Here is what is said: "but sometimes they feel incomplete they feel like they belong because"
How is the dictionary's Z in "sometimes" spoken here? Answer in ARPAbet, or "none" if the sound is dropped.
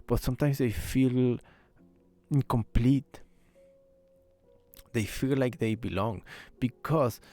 S